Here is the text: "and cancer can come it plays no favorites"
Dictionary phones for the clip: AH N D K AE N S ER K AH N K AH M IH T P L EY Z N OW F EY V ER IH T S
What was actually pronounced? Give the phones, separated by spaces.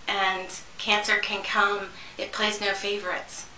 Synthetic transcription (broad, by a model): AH N K AE N S ER K AH N K AH M IH T P L EY Z N OW F EY V ER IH T S